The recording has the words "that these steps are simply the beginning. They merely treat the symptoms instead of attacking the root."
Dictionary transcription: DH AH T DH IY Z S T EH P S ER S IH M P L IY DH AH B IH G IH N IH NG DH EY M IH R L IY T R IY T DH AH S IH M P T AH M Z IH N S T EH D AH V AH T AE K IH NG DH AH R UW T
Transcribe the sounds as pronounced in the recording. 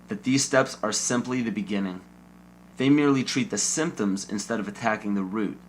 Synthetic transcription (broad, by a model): DH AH T DH IY Z S T EH P S ER S IH M P L IY DH AH B IH G IH N IH NG DH EY M IH R L IY T R IY T DH AH S IH M P T AH M Z IH N S T EH D AH V AH T AE K IH NG DH AH R UW T